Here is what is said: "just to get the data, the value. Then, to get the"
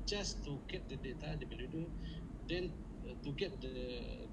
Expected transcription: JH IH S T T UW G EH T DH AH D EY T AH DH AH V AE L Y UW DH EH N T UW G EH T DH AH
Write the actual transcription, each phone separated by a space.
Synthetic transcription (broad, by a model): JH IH S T T UW G EH T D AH D EY T AH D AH B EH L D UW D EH N T UW G EH T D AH